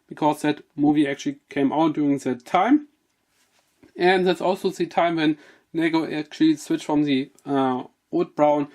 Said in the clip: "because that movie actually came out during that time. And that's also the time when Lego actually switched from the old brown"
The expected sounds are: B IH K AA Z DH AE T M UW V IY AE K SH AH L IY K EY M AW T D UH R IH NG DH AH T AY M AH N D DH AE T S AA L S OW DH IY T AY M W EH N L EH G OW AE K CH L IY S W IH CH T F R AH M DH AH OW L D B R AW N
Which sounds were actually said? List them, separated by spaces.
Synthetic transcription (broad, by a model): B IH K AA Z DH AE T M UW V IY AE K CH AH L IY K EY M AW T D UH R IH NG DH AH T AY M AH N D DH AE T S AA L S OW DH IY T AY M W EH N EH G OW AE K CH L IY S W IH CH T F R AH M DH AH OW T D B R AW N